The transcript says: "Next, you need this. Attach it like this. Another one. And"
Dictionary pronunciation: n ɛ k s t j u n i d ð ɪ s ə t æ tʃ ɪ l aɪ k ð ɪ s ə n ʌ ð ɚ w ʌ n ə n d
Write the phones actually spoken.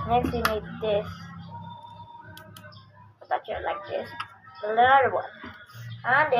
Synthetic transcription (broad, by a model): n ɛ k s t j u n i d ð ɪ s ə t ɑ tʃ ɪ l aɪ k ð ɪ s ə l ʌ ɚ w ʌ n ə n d